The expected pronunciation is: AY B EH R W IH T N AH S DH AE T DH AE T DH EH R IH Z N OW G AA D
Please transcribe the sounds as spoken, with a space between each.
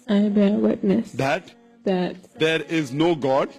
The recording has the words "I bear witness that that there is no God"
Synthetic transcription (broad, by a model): AY B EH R W IH T N AH S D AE T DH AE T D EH R IH Z N OW G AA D